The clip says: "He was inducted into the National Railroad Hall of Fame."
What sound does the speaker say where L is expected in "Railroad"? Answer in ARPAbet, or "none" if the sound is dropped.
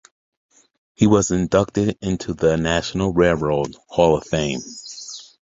none